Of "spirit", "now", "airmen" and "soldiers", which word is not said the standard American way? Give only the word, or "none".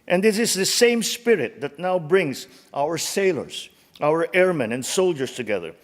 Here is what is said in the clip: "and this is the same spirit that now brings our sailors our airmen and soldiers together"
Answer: soldiers